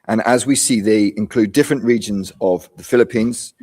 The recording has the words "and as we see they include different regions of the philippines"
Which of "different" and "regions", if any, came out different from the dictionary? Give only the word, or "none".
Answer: none